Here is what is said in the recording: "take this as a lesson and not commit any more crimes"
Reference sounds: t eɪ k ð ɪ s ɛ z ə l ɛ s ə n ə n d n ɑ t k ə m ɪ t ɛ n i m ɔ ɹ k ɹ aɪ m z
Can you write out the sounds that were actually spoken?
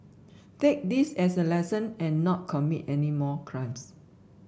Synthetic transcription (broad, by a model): t eɪ k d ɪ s ɛ s ə l ɛ s ə n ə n n ɑ t k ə m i t ɛ n i m ɔ k ɹ aɪ m s